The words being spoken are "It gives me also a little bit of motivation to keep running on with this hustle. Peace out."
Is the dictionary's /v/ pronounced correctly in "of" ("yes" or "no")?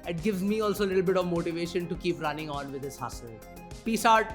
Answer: yes